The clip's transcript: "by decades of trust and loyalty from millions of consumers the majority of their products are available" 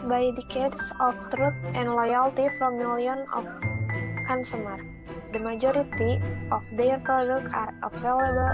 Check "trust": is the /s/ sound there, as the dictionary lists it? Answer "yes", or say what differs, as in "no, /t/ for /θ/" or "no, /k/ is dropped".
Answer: no, /s/ is dropped